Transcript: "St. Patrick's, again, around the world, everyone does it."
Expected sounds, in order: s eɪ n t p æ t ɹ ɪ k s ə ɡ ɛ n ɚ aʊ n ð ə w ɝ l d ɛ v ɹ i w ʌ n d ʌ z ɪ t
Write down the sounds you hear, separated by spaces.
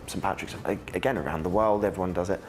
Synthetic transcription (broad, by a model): s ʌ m p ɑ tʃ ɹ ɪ k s ə ɡ ɛ n ɚ aʊ n ð ə w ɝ l d ɛ v ɹ i w ʌ n d ʌ z ɪ t